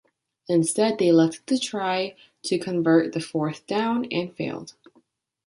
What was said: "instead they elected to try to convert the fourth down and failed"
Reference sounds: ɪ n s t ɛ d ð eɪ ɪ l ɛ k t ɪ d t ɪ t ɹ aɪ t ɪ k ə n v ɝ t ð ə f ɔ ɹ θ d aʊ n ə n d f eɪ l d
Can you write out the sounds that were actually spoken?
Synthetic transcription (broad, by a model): ɪ n s t ɛ d ð eɪ ɪ l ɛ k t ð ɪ t ɹ aɪ t ɪ k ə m v ɝ t ð ə f ɔ ɹ θ d aʊ n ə n f eɪ l d